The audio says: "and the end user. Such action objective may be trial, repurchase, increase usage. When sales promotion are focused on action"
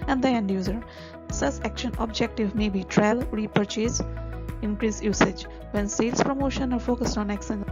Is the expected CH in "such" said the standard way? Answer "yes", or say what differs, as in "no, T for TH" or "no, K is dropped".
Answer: no, S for CH